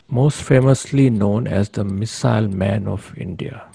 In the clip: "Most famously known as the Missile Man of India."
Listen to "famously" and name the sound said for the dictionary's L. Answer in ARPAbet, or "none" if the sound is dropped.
L